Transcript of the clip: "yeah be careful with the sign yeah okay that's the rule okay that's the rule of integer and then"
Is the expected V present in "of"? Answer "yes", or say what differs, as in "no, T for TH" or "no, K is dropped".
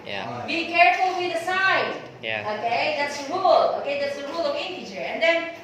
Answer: no, W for V